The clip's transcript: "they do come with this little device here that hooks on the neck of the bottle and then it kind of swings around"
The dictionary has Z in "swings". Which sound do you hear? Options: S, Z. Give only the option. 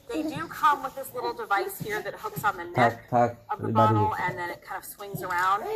Z